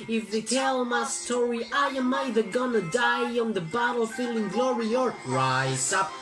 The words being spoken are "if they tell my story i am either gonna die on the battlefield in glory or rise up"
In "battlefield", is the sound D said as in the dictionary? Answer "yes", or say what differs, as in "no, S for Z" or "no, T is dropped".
no, D is dropped